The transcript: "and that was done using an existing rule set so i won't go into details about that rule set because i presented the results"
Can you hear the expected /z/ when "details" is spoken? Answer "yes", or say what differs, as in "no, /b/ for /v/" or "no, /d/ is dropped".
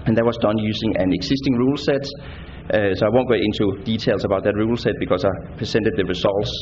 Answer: no, /s/ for /z/